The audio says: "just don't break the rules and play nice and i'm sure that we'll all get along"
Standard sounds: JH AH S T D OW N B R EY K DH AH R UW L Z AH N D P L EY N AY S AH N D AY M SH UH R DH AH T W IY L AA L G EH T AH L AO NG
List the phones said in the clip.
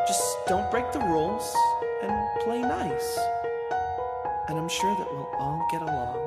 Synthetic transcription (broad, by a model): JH AH S D OW N B R EY K DH AH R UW L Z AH N P L EY N AY S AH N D AY M SH UH R DH AH T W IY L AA N G EH T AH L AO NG